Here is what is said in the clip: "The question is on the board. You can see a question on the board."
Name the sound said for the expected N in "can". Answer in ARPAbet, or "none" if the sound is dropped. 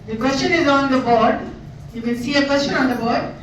L